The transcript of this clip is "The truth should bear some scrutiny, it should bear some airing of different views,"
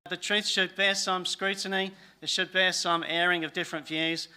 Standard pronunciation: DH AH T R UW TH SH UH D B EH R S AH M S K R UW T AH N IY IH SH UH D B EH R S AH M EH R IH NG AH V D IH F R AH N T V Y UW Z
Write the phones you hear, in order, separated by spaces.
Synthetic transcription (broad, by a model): DH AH T R UW TH SH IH D B EH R S AH M S K R UW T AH N IY IH SH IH D B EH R S AH M EH R IH NG AH V D IH F R AH N T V Y UW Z